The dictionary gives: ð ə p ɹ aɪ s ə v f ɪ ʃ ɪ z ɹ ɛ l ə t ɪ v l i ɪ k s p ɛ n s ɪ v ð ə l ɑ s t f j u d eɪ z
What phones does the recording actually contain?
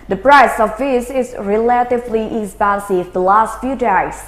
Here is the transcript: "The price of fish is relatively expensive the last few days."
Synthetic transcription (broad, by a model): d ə p ɹ aɪ s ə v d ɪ s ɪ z ɹ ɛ l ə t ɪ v l i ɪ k s p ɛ n s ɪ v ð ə l ɑ s t f j u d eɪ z